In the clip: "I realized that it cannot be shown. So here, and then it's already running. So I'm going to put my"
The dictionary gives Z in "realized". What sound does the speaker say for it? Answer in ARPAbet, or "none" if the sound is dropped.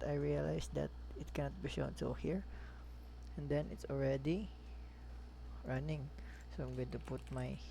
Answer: S